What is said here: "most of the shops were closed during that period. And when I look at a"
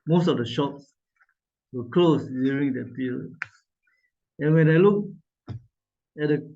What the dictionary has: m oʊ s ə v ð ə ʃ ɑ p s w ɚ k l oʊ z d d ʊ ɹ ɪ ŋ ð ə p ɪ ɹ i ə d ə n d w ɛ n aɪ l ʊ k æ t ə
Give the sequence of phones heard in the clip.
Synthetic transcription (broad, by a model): m oʊ s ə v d ə ʃ ɑ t s w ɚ k l oʊ s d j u ɹ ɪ ŋ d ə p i ɹ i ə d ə n w ɛ n aɪ l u k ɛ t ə